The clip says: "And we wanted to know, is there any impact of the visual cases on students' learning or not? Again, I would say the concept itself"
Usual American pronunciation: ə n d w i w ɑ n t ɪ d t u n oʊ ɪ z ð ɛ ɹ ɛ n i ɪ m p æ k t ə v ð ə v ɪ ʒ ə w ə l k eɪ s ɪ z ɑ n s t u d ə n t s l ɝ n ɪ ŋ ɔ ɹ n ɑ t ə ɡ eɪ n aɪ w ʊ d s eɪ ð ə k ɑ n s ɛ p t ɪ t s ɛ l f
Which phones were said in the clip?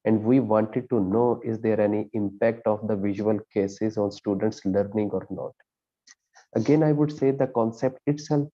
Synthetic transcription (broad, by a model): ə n d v i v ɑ n t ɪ d t u n oʊ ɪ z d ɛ ɹ ɛ n i ɪ m p æ k t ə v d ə v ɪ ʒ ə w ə l k eɪ s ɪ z ɑ n s t u d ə n t s l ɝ n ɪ ŋ ɔ ɹ n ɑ t ə ɡ eɪ n aɪ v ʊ d s eɪ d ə k ɑ n s ɛ p t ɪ t s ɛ l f